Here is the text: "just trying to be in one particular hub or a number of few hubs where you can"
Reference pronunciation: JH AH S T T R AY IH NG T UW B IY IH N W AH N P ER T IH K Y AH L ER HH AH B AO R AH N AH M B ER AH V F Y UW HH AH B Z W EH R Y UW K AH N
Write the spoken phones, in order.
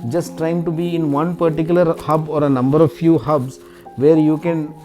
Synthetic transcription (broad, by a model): JH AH S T T R AY IH NG T UW B IY IH N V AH N P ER T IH K Y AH L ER HH AH B AO R AH N AH M B ER AH V F Y UW HH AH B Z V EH R Y UW K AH N